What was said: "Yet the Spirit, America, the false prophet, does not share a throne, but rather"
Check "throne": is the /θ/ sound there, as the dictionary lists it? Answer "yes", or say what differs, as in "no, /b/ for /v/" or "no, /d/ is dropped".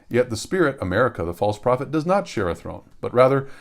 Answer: yes